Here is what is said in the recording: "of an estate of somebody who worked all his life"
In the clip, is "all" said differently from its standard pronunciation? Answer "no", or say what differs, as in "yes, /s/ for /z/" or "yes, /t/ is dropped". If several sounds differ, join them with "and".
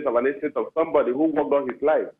yes, /n/ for /l/